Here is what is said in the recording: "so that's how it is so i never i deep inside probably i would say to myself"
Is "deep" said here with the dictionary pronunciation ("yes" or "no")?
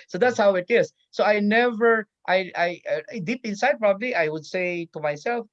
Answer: yes